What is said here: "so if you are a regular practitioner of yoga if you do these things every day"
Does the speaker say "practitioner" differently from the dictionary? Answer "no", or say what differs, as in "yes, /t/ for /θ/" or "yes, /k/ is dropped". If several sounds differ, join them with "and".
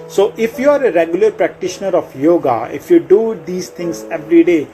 no